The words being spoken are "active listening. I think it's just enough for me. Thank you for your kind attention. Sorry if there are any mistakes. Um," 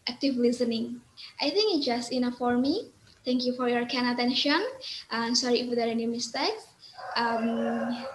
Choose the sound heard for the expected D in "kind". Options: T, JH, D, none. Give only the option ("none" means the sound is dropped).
none